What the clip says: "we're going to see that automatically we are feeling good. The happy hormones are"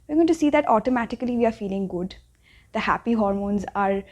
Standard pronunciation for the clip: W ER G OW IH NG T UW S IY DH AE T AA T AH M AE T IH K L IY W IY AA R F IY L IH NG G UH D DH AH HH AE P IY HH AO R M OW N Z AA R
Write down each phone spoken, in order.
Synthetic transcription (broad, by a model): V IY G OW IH T UW S IY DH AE T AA T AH M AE T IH K L IY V IY AA R F IY L IH NG G UH D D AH HH AE P IY HH AO R M OW N Z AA R